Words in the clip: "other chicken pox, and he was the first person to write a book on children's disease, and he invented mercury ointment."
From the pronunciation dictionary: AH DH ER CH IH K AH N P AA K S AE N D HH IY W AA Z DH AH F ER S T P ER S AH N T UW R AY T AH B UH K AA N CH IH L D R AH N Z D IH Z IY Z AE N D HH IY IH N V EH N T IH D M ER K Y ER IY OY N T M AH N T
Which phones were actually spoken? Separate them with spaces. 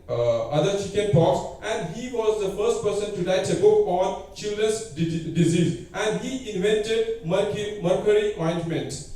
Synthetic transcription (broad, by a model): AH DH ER CH IH K AH N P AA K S AE N D HH IY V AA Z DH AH F ER S T P ER S AH N T UW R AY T AH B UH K AA N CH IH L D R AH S D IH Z IY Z AE N D HH IY IH N V EH N T IH D M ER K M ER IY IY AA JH M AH N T